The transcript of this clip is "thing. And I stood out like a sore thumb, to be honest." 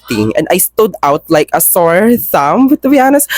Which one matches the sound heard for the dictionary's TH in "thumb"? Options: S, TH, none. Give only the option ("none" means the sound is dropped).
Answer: S